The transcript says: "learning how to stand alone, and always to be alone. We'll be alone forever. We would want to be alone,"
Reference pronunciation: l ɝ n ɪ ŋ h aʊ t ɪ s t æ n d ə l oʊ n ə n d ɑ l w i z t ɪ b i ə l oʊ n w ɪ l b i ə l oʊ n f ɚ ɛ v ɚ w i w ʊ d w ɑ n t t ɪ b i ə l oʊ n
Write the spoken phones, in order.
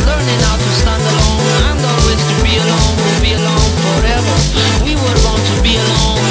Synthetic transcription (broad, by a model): l ɝ n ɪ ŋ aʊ t ɪ s t æ n d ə l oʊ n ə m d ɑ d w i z t ɪ b i ə l oʊ n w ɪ n b i ə l oʊ n f ɚ ɛ v ɚ w i w ʊ d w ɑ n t t ɪ b i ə l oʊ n